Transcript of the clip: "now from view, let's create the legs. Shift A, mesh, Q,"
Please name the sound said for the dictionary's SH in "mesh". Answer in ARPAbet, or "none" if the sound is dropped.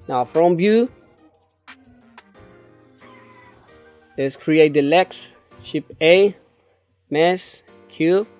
S